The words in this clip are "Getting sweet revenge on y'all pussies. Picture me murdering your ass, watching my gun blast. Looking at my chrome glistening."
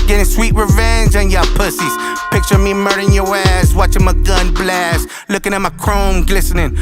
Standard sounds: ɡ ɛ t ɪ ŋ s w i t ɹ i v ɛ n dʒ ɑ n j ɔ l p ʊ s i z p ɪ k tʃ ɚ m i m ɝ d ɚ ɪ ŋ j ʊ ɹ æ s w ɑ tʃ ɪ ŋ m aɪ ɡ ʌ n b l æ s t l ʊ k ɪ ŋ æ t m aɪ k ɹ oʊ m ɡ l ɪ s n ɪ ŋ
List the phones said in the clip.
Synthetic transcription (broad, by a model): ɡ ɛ t ɪ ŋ s w i t ɹ i v ɛ n dʒ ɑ n j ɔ p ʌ s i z p ɪ k tʃ ɚ m i m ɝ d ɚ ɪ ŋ j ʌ ɹ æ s w ɑ tʃ ɪ ŋ m aɪ ɡ ʌ n b l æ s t l ʊ k ɪ ŋ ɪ t m aɪ k ɹ oʊ m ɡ l ɪ s n ɪ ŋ